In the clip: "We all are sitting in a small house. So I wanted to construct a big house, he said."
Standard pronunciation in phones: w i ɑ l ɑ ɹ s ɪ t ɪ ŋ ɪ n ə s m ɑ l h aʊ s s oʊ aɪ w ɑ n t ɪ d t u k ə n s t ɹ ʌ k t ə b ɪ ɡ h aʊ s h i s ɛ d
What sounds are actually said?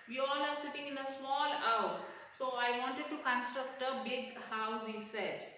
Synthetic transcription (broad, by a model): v i ɑ l ɑ ɹ s ɪ t ɪ ŋ ɪ n ə s m ɑ l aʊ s s oʊ aɪ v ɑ n t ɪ d t u k ə n s t ɹ ʌ k t ə b ɪ ɡ h aʊ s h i s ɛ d